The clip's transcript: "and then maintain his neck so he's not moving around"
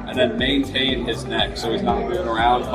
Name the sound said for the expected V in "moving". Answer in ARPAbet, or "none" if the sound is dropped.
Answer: none